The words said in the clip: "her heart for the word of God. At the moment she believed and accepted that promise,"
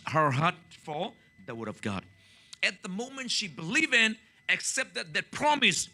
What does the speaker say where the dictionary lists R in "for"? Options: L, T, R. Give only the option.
L